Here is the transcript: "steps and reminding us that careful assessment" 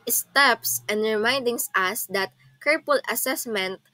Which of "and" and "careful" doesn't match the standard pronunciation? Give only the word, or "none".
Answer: careful